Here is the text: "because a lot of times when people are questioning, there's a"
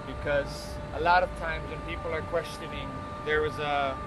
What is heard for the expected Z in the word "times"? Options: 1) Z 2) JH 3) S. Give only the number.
1